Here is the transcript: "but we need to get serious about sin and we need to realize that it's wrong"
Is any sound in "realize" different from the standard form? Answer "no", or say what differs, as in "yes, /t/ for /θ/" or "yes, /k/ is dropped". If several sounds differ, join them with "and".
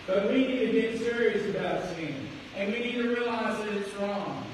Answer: no